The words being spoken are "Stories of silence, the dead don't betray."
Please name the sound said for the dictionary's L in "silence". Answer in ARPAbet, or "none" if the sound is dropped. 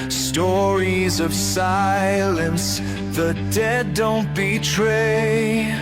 L